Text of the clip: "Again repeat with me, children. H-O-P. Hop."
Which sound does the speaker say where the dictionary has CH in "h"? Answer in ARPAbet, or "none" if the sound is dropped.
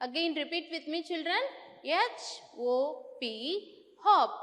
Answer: CH